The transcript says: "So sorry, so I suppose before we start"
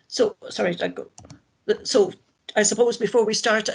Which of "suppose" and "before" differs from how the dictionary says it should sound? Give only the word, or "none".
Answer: none